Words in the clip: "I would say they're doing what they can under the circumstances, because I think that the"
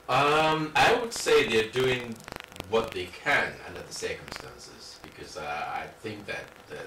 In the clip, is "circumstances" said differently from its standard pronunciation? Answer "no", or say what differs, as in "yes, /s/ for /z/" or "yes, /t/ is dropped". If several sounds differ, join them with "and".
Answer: no